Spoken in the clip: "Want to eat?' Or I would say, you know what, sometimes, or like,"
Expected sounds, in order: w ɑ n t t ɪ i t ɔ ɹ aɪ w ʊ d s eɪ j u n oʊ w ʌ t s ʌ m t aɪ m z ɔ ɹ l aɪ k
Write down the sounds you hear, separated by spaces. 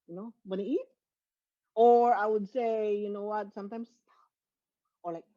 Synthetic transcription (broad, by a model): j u n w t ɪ i t ɔ ɹ aɪ w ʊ d s eɪ j u n oʊ w ʌ t s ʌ m t aɪ m s ɔ ɹ l aɪ k